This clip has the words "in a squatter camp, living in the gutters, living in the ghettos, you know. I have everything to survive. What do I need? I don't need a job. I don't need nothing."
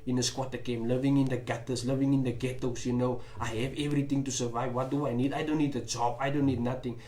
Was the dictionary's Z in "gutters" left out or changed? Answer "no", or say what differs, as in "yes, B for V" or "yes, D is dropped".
yes, S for Z